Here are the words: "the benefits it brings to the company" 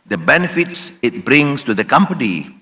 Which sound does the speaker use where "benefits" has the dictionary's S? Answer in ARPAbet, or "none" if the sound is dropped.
S